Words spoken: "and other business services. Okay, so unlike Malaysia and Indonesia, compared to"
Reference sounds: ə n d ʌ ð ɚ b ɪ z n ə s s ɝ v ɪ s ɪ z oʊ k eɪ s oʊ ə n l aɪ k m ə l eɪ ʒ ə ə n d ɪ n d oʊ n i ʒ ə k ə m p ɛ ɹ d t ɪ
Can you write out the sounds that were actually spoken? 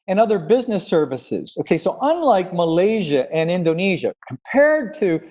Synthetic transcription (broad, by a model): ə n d ʌ ð ɚ b ɪ z n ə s s ɝ v ɪ s ɪ z oʊ k eɪ s oʊ ə n l aɪ k m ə l eɪ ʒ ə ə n ɪ n d oʊ n i ʒ ə k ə m p ɛ ɹ d t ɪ